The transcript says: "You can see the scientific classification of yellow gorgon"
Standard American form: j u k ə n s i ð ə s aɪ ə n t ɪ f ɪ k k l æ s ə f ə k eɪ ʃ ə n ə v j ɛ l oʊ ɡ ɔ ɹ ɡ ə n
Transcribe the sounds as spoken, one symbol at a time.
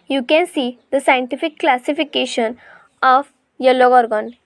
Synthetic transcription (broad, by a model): j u k ə n s i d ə s aɪ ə n t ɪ f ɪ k k l æ s ə f ə k eɪ ʃ ə n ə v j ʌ l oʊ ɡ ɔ ɹ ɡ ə n